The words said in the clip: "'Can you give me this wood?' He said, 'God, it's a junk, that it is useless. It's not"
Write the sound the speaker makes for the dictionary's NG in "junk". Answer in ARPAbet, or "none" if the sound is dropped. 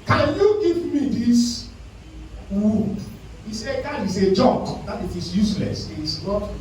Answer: none